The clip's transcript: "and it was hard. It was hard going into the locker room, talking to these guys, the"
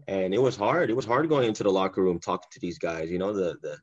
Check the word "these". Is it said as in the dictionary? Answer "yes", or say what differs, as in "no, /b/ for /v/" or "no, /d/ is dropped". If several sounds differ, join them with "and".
yes